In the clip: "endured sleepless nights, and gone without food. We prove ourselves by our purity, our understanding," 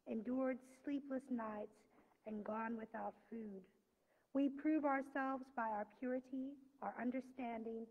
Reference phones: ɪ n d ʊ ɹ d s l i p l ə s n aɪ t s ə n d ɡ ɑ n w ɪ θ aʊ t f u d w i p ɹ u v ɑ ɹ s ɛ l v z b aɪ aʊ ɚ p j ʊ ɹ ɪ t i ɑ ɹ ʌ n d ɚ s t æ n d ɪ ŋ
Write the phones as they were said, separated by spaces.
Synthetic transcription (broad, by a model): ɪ n d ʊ ɹ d s l i p l ə s n aɪ t s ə n ɡ ɑ n w ɪ θ aʊ t f u d w i p ɹ u v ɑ ɹ s ɛ l v z b aɪ aʊ ɚ p j ʊ ɹ ɪ t i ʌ ɹ ʌ n d ɚ s t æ n d ɪ ŋ